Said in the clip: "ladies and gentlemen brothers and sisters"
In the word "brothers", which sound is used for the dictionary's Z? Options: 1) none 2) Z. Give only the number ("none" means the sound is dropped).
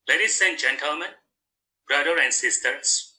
1